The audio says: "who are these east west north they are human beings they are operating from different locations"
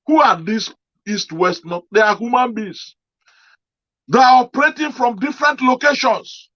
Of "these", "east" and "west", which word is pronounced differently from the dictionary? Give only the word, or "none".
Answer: these